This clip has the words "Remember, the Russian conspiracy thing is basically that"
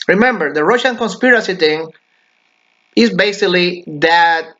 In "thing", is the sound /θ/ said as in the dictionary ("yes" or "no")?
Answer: no